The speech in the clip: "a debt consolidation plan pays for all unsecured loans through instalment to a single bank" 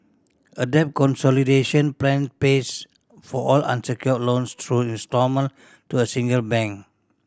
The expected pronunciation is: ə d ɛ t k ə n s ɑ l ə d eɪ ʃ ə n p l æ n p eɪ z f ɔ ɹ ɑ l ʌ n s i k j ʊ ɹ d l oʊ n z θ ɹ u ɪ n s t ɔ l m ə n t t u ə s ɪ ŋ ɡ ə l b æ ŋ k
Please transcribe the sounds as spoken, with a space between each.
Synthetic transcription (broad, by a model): ə d ɛ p k ə n s ɑ l ə d eɪ ʃ ə n p l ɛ n p eɪ s f ɔ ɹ ɑ l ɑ n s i k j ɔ l oʊ n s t ɹ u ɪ n s t ɔ m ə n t t u ə s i ŋ ɡ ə l b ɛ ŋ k